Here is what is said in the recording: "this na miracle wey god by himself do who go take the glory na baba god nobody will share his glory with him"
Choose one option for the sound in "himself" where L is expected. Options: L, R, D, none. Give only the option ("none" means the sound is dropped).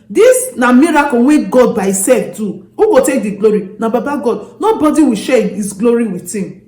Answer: none